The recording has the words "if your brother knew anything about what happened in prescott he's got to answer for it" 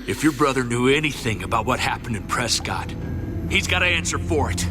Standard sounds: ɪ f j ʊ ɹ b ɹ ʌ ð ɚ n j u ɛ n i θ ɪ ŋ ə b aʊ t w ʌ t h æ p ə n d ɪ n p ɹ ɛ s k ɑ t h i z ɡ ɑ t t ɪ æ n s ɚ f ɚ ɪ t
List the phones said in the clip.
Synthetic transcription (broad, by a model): ɪ f j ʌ ɹ b ɹ ʌ ð ɚ n j u ɛ n i θ ɪ ŋ ə b aʊ t w ʌ t h æ p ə n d ɪ n p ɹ ɛ s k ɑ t h i z ɡ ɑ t t ɪ æ n s ɚ f ɚ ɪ t